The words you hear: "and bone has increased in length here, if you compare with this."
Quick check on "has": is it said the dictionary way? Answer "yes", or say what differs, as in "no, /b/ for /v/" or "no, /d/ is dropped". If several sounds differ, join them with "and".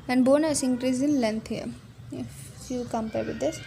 no, /s/ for /z/